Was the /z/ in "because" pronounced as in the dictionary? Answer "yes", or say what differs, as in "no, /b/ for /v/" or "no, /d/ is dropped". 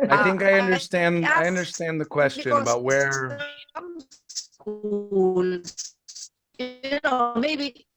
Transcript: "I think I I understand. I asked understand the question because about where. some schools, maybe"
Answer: no, /z/ is dropped